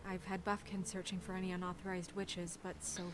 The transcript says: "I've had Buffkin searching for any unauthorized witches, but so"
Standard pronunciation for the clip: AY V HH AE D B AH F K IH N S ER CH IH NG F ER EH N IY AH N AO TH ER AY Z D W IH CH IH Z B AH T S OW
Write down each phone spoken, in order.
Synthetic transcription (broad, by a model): AY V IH D B AH F K IH N S ER CH IH NG F ER EH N IY AH N AO TH ER AY Z D W IH CH IH Z B AH T S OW